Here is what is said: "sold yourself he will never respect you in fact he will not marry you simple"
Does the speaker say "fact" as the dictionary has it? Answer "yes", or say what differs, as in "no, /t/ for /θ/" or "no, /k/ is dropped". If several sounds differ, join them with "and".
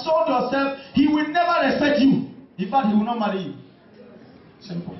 no, /k/ is dropped